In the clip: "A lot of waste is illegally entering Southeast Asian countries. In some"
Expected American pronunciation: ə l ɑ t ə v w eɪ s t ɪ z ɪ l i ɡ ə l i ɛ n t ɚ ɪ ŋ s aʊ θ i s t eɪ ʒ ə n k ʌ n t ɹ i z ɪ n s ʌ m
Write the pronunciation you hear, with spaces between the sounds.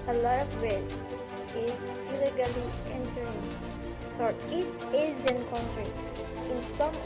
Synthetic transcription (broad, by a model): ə l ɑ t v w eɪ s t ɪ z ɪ l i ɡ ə l i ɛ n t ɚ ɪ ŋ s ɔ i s eɪ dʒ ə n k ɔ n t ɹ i s ɪ n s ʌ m